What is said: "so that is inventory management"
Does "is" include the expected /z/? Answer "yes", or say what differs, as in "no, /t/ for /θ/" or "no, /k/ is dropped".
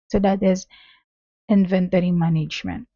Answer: yes